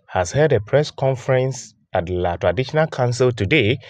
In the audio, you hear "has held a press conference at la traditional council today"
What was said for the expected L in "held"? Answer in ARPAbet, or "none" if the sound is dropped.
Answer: none